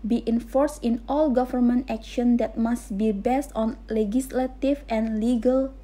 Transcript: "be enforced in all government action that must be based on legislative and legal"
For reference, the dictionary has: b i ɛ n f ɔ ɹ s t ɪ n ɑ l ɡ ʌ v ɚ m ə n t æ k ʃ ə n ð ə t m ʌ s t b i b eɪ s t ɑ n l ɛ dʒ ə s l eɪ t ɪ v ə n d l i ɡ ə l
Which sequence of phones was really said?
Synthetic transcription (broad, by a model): b i ɛ n f ɔ ɹ s t ɪ n ɑ l ɡ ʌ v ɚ m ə n t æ k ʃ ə n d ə t m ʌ s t b i b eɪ s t ɑ n l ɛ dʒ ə s l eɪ t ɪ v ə n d l i ɡ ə l